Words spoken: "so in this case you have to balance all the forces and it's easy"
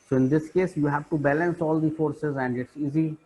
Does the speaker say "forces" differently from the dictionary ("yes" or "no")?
no